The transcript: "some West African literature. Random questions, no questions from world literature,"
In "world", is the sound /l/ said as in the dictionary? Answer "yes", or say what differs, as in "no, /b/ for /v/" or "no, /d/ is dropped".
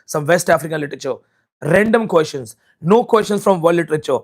no, /l/ is dropped